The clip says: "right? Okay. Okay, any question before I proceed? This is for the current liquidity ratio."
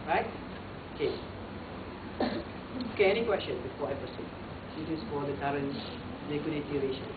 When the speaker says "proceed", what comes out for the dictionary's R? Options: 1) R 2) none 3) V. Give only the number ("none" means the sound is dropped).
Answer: 2